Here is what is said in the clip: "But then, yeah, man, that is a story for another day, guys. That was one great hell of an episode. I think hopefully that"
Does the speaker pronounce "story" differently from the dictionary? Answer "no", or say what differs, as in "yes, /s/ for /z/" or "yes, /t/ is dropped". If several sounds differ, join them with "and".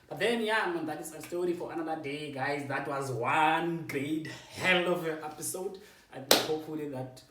no